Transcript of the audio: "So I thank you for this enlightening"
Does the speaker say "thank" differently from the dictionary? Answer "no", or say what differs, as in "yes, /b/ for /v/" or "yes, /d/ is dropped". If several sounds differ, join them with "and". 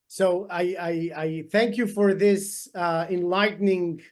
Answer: no